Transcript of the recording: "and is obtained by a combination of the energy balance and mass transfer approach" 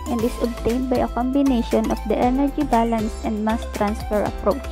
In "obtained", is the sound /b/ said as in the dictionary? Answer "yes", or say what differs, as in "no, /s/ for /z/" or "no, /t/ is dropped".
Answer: yes